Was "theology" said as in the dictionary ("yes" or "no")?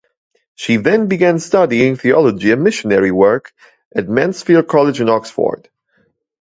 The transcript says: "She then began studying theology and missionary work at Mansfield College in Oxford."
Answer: yes